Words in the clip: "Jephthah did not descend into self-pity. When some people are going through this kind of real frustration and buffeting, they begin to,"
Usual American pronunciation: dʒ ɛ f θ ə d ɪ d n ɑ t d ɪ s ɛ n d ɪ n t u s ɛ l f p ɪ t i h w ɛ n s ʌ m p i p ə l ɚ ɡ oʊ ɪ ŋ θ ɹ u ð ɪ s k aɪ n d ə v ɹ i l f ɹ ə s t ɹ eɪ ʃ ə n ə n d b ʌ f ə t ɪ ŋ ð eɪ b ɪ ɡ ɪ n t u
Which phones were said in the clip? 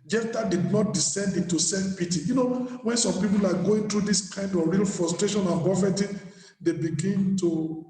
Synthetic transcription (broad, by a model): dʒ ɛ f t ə d ɪ d n ɑ t d ɪ s ɛ n d ɪ n t u s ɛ f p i t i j w ɛ n s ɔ m p i p ə l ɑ ɡ oʊ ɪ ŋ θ ɹ u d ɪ s k aɪ n d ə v ɹ i l f ɹ ə s t ɹ eɪ ʃ ə n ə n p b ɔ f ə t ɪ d eɪ b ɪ ɡ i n t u